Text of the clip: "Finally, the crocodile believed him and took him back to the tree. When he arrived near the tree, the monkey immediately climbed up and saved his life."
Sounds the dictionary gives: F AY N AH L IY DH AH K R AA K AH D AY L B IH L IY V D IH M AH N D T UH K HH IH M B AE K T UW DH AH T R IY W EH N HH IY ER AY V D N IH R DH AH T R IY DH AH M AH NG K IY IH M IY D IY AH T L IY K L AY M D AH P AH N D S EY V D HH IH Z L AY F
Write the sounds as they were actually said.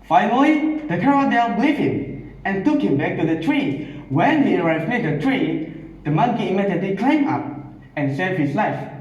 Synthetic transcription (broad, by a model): F AY N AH L IY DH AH K AA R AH D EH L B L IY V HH IH M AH N T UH K HH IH M B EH K T UW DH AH T R IY W EH N HH IY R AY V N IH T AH T R IY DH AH M AH NG K IY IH M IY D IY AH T L IY K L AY M AA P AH N S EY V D HH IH S L AY F